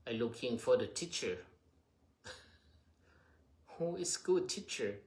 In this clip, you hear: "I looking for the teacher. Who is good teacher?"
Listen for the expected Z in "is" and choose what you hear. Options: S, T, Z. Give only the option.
S